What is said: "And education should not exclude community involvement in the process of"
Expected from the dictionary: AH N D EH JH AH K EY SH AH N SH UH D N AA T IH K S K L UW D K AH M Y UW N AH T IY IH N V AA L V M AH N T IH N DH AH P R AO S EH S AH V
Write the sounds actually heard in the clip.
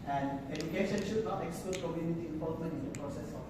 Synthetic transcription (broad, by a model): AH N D EH JH AH K EY SH AH N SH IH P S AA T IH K S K UW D K AH M Y UW N AH T IY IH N P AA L M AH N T IH N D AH P R AO S EH S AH